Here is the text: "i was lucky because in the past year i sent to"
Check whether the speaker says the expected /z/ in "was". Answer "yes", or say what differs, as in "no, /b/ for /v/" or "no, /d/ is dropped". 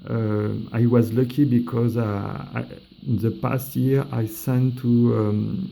yes